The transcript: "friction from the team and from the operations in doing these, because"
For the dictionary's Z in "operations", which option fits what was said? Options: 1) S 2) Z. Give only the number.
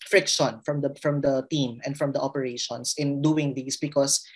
1